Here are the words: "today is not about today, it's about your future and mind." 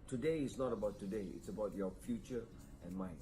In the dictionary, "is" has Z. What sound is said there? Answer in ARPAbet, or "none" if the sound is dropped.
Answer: S